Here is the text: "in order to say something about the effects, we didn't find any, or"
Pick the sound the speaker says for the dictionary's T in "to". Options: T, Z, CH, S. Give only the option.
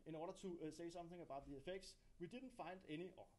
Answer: S